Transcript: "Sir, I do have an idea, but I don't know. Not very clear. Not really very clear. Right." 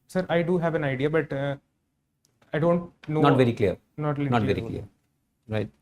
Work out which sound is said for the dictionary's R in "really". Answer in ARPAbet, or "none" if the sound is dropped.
L